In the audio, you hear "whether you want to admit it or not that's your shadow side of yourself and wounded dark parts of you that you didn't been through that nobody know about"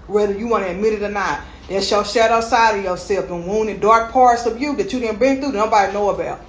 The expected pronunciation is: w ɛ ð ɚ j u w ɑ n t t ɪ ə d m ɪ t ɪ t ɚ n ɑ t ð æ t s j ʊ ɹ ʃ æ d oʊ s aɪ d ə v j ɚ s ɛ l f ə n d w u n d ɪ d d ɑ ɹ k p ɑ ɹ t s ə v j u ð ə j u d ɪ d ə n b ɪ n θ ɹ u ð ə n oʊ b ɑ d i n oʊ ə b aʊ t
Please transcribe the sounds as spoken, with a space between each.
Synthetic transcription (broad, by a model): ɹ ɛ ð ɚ j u w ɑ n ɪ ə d m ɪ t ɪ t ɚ n ɑ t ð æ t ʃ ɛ l ʃ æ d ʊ s aɪ d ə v j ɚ s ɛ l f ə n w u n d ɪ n d ɑ ɹ k p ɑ ɹ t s ə v j u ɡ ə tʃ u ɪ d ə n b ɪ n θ u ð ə n oʊ b ɑ d i n oʊ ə b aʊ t